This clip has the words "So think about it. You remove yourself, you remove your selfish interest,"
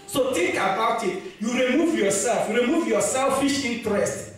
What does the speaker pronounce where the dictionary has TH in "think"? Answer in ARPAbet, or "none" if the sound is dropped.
T